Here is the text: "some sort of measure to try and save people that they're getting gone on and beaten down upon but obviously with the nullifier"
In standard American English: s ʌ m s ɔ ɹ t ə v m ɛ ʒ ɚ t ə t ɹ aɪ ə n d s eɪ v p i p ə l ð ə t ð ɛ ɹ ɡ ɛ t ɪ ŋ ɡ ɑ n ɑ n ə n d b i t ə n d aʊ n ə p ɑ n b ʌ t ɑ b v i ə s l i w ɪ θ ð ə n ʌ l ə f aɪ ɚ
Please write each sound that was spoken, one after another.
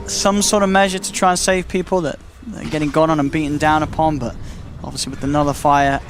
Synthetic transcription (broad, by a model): s ʌ m s ɔ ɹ t ə v m ɛ ʒ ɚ t ə t ɹ aɪ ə n s eɪ v p i p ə l ð ə t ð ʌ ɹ ɡ ɛ t ɪ ŋ ɡ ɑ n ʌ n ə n b i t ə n d aʊ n ə p ɑ n b ʌ t ɑ b v i ə s l i w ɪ ð ə n ʌ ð ə f aɪ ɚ